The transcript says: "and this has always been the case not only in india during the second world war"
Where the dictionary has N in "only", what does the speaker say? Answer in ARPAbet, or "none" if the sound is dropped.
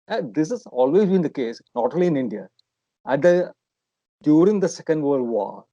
none